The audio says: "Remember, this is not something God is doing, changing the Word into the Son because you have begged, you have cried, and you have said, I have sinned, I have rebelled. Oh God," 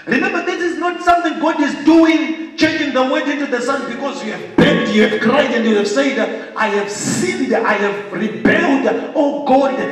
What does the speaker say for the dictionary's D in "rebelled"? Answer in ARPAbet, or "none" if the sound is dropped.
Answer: D